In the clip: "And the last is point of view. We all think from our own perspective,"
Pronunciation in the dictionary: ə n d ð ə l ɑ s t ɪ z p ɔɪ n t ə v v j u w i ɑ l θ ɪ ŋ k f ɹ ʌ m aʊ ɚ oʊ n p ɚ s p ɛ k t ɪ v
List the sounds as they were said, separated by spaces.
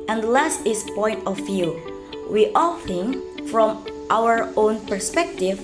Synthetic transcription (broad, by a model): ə n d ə l ɑ s t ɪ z p ɔɪ n t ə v v j u w i ɑ l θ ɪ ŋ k f ɹ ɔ m aʊ ɚ oʊ n p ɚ s p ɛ k t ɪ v